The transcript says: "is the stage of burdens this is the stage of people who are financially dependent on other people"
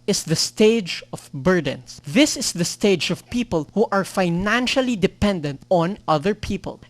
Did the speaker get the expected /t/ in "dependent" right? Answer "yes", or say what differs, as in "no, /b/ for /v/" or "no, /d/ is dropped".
yes